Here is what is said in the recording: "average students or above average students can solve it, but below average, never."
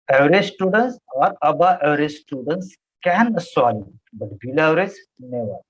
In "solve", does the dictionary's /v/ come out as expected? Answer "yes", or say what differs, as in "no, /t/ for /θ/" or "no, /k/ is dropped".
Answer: no, /v/ is dropped